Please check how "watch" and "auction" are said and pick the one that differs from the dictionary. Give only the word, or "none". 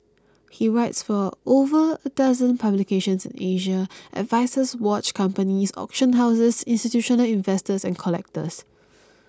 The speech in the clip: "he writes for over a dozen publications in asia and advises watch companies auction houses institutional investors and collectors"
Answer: none